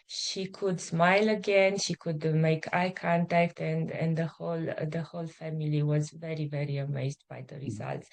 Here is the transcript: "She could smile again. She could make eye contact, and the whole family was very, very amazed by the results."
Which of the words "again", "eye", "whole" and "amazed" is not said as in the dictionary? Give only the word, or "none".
none